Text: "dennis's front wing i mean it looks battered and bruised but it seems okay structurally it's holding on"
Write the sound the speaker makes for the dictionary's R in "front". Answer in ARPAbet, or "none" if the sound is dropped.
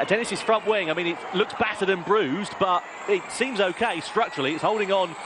R